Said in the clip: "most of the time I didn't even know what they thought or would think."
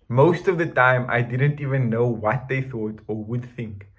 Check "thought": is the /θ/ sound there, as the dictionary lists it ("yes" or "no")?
yes